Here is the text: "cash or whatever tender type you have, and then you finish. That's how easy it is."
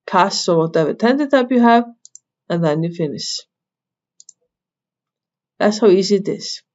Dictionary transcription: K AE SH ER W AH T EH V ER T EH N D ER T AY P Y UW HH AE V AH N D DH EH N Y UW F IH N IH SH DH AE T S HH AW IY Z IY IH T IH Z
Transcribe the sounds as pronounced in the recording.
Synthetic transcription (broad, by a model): K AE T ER W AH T EH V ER T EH N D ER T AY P Y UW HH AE V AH N DH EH N Y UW F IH N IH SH DH AE T S HH AW IY Z IY IH T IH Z